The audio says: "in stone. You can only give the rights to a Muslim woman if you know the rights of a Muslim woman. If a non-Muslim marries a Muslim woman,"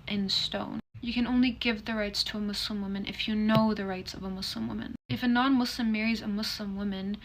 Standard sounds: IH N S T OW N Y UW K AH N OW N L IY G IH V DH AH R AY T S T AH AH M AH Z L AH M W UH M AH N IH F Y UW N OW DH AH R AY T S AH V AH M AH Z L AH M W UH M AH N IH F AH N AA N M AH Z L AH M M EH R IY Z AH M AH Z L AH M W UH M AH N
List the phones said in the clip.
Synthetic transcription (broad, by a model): IH N S T OW N Y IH K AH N OW N L IY G IH V DH AH R AY T S T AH AH M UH S L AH M W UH M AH N IH F Y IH N OW DH AH R AY T S AH V AH M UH S L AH M W UH M AH N IH F AH N AA N M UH S L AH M M EH R IY Z AH M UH S L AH M W UH M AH N